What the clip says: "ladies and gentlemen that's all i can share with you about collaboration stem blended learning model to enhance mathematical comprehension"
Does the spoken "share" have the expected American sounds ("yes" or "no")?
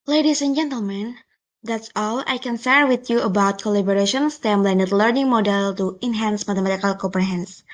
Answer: no